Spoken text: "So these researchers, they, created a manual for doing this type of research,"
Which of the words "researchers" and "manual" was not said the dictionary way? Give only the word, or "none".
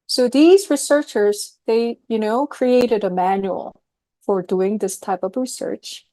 none